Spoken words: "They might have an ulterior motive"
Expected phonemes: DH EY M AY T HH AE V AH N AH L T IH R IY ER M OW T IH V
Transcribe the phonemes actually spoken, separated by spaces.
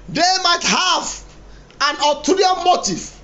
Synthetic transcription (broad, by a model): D EY M AY T HH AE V AH N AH T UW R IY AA M OW T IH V